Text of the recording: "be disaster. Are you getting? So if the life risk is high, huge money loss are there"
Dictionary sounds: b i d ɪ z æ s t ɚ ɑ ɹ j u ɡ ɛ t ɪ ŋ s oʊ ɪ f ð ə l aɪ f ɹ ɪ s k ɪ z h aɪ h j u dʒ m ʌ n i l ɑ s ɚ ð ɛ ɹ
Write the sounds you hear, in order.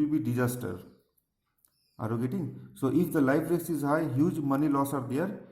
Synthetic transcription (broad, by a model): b i d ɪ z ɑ s t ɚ ɑ ɹ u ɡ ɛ t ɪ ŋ s oʊ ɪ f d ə l aɪ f ɹ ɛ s ɪ z h aɪ h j u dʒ m ʌ n i l ɑ s ɚ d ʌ ɹ